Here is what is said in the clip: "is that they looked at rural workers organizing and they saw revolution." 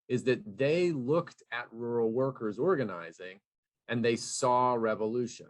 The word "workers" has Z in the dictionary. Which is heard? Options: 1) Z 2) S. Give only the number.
1